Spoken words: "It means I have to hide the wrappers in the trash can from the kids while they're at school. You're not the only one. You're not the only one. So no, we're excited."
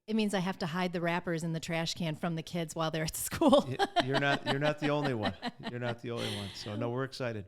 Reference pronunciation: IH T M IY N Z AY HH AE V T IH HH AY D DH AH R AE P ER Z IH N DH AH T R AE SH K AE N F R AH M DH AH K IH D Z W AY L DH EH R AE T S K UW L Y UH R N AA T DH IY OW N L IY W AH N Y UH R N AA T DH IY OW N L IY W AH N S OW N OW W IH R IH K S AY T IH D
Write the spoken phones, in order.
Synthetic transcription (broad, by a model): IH T M IY N Z AY HH AE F T IH HH AY D DH AH R AE P ER Z IH N DH AH T R AE SH K AE N F R AH M DH AH K IH D Z W AY L DH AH R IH T S K UW L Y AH R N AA T DH IY OW N L IY W AH N Y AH R N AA T DH IY OW N L IY W AH N S OW N OW W IH R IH K S AY T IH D